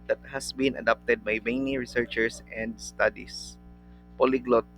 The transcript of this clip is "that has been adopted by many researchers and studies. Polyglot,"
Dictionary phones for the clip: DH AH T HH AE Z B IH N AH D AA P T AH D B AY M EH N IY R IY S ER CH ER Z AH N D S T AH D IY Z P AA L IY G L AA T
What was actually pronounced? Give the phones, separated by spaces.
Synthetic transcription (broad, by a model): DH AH T HH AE S B IH N AH D AA P T AH D B AY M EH N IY R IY S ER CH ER S AH N D S T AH D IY S P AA L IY G L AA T